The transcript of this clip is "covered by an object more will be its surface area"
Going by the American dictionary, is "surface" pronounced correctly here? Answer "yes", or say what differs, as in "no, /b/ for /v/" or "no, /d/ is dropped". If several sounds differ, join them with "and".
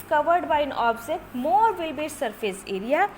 no, /p/ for /f/